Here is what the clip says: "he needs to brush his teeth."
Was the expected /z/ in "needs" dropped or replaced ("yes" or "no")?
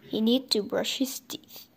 yes